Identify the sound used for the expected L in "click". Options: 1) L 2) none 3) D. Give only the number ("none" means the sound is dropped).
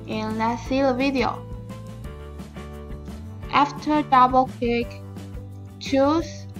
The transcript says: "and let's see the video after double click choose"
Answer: 2